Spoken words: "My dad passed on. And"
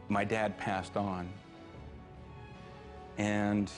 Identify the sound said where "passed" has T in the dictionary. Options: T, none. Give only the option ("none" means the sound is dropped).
T